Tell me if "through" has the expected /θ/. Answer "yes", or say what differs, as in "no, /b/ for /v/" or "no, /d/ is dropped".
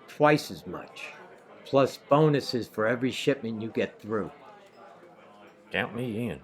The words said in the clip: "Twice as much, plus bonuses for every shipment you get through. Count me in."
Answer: yes